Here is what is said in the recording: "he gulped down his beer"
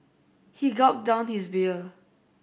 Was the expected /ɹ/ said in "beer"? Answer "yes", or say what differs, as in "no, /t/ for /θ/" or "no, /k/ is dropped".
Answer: no, /l/ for /ɹ/